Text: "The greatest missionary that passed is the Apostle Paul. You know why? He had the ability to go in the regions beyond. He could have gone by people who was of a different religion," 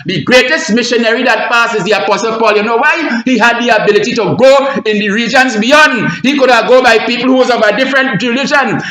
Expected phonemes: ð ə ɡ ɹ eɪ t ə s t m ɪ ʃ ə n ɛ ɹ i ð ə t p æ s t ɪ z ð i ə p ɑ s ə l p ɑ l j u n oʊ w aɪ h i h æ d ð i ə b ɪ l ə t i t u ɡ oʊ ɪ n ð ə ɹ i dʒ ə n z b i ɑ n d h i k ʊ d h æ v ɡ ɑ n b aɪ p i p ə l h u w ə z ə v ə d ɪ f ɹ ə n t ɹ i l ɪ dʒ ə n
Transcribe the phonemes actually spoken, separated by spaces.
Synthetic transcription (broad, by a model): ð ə ɡ ɹ eɪ t ə s t m ɪ ʃ ə n ɛ ɹ i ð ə t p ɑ s ɪ z ð i ə p ɑ s ə l p ɑ l j u n oʊ w aɪ h i h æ d ð i ə b ɪ l ə t i t u ɡ oʊ ɪ n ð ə ɹ i dʒ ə n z b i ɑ n d h i k ʊ d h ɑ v ɡ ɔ b aɪ p i p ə l h u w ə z ə v ə d ɪ f ɹ ə n t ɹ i l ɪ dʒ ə n